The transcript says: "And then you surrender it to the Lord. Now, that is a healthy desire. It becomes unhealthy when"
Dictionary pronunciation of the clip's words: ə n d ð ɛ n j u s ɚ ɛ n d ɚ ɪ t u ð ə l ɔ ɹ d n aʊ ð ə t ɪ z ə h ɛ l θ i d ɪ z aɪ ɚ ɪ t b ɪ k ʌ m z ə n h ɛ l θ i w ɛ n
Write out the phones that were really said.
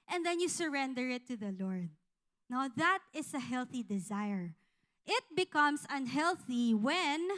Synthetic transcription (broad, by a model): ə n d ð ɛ n j u s ɚ ɛ n d ɚ ɪ t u ð ə l ɔ ɹ d n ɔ ð ə t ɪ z ə h ɛ l θ i d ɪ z aɪ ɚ ɪ t b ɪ k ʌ m s ə n h ɛ l θ i w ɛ n